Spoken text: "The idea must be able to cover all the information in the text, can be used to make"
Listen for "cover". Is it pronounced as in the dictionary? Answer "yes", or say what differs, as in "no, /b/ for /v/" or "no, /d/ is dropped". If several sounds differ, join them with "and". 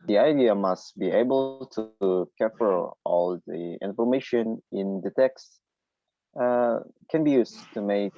no, /f/ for /v/